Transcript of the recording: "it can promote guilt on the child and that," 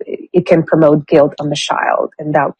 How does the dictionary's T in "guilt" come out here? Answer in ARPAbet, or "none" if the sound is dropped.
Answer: T